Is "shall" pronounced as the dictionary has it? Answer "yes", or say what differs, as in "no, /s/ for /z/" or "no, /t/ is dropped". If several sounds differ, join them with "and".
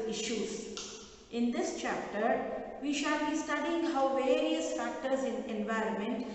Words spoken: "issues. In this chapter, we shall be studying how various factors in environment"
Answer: yes